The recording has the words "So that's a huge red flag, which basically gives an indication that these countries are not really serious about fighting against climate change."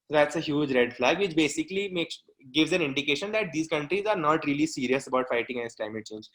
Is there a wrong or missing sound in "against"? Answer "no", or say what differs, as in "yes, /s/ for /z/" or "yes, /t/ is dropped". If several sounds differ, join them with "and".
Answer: yes, /n/ is dropped